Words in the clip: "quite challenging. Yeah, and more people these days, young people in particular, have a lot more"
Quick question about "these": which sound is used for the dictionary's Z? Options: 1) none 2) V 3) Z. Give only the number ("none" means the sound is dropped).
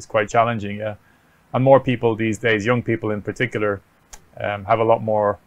3